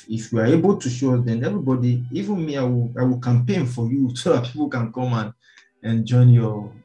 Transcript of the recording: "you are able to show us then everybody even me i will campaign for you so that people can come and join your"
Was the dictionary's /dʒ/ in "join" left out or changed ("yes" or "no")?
no